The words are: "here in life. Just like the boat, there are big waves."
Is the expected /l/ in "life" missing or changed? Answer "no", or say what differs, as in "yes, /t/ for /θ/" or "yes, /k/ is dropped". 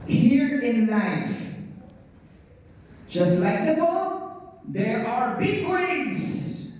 yes, /n/ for /l/